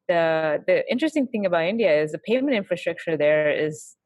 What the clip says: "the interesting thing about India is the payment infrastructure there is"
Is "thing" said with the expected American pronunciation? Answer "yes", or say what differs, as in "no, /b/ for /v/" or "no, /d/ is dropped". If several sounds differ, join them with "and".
yes